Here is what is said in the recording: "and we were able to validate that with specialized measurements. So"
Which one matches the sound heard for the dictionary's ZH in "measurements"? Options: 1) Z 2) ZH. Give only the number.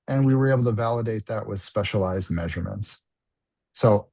2